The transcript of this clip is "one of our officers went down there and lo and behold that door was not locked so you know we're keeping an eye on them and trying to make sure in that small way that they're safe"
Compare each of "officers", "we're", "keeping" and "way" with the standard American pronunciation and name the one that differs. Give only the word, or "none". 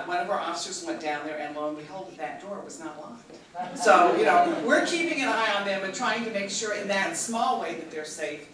none